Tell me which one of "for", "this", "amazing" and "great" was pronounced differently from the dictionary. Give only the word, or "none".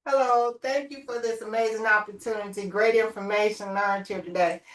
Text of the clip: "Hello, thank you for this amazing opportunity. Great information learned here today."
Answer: none